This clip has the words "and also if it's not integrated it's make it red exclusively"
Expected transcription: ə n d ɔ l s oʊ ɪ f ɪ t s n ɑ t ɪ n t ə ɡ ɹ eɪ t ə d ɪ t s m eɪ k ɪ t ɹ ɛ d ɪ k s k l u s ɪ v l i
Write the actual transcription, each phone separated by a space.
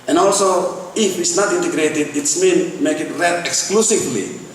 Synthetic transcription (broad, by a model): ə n ɔ l s oʊ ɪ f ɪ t s n ɑ t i n t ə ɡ ɹ eɪ t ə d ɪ t s m eɪ k ɪ t ɹ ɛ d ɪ k s k l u s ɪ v l i